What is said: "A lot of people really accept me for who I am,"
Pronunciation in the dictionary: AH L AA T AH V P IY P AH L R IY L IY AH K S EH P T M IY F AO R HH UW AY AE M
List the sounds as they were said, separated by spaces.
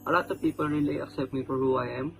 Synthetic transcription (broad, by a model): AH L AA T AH P IY P AH L R IY L IY AH K S EH P T M IY P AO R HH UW AY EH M